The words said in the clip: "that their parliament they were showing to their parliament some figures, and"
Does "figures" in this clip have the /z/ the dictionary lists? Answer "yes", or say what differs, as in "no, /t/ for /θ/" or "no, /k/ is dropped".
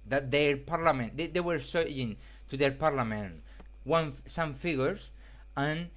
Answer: no, /s/ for /z/